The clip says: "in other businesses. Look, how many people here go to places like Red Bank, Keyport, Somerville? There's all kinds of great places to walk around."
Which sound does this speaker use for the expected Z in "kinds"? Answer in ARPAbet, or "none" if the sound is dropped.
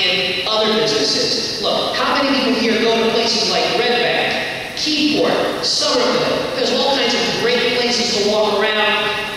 Z